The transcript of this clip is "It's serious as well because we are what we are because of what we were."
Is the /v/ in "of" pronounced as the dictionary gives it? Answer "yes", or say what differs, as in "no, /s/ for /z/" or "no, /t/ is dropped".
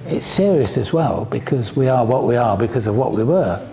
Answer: yes